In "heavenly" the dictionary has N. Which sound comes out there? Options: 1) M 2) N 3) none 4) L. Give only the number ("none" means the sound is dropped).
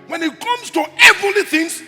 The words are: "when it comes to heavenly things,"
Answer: 3